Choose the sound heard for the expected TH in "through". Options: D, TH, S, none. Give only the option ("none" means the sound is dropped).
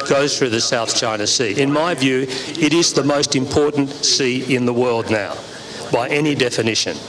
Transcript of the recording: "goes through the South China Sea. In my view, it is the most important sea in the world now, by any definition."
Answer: TH